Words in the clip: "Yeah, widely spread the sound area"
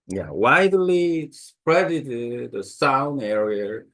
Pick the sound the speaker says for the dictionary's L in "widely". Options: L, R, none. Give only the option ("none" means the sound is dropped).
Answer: L